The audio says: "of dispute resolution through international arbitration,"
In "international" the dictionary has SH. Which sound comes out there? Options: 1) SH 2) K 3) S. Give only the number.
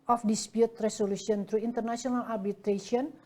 3